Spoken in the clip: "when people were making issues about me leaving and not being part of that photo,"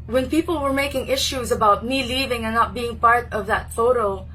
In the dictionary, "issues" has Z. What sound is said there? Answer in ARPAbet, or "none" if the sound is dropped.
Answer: Z